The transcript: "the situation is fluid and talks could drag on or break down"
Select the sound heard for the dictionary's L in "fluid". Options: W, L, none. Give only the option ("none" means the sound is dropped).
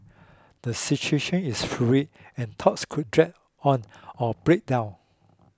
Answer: none